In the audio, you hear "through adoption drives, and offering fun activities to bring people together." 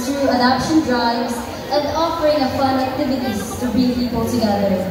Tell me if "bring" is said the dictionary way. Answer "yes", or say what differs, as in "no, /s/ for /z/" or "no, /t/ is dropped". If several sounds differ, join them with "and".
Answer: no, /ɹ/ is dropped